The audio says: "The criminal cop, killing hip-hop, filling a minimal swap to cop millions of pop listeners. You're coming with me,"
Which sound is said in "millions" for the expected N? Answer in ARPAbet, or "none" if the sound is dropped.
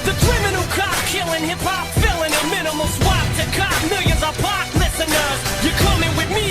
none